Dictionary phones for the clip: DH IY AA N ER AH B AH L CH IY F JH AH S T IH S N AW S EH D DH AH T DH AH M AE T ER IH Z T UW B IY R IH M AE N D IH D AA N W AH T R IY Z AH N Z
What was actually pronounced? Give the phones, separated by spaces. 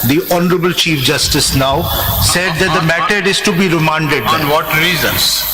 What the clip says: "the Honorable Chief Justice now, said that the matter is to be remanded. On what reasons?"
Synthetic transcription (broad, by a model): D IY AA N ER AH B AH L CH IY F JH AH S T IH S N AW S EH D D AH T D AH M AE T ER IH Z T UW B IY R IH M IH N D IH D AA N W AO T R IY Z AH N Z